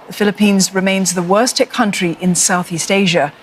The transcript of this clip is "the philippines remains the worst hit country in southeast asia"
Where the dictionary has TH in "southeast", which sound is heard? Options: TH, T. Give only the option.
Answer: TH